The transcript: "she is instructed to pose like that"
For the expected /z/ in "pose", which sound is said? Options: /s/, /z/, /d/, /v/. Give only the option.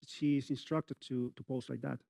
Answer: /s/